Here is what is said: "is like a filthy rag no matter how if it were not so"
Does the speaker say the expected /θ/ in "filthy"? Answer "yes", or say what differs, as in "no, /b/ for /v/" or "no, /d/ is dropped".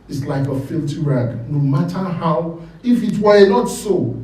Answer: no, /t/ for /θ/